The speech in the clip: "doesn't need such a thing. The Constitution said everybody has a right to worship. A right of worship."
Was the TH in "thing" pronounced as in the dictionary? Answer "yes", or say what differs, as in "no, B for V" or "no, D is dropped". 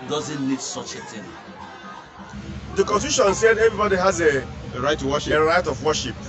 no, T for TH